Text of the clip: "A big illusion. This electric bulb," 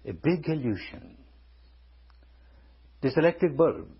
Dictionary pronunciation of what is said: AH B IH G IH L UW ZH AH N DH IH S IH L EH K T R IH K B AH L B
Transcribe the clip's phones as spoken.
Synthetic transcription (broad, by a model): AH B IH G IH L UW SH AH N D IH S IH L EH K T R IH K B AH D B